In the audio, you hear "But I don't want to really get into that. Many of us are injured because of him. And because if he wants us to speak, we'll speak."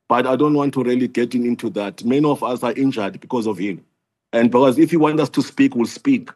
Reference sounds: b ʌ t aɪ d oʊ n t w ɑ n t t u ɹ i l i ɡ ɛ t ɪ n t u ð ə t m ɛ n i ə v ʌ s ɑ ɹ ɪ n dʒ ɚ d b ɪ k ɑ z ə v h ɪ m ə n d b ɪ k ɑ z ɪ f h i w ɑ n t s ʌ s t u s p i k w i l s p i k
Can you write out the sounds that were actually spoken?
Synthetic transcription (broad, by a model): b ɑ t aɪ d oʊ n t w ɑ n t t u ɹ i l i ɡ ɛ t ɪ n t u ð ə t m ɛ n i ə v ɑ s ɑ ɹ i n dʒ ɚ d b ɪ k ɑ z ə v h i m ə n d b ɪ k ɑ z ɪ f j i w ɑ n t ʌ s t u s p i k w i l s p i k